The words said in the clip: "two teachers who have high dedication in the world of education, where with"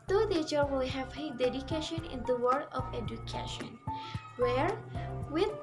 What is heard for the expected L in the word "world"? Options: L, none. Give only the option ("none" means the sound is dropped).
none